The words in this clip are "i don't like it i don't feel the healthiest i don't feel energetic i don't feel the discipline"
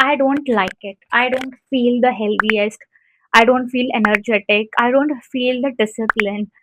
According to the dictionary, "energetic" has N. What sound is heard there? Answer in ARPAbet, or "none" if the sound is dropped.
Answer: N